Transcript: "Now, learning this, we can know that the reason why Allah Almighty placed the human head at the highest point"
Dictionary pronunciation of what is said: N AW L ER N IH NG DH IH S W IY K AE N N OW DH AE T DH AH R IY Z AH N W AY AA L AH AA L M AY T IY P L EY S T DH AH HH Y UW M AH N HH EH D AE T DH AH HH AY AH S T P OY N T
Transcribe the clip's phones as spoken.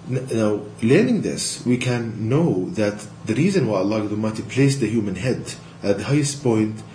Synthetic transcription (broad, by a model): N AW L ER N IH NG DH IH S W IY K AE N N OW DH AE T DH AH R IY Z AH N W AY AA L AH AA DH M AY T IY P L EY S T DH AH HH Y UW M AH N HH EH D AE T DH AH HH AY AH S T P OY N T